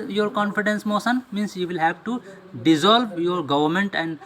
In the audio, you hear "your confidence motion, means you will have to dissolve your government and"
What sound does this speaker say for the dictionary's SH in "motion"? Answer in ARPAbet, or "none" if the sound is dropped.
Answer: S